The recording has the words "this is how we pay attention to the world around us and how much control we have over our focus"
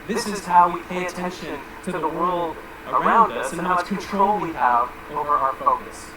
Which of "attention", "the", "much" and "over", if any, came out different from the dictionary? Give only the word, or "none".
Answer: much